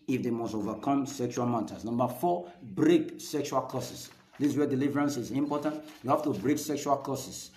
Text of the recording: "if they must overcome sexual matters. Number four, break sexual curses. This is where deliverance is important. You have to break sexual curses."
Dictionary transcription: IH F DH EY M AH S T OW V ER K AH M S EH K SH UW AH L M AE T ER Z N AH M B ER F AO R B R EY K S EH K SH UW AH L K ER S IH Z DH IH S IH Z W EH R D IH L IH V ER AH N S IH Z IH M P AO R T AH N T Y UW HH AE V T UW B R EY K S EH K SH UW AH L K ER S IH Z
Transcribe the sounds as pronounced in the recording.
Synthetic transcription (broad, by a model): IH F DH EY M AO S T OW V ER K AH M S EH K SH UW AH L M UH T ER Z N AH M B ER F AO B R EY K S EH K SH UW AH L K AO S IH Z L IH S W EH D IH L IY V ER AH N S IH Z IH M P AO T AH N T Y UW HH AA F T UW B R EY K S EH K SH UW AH L K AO S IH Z